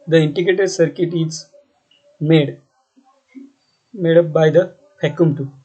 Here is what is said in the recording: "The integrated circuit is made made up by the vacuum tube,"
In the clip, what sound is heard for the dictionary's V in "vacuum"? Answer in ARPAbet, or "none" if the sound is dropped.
P